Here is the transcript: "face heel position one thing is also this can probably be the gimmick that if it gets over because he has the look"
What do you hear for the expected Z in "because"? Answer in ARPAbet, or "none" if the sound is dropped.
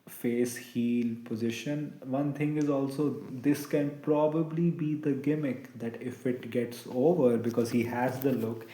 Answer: Z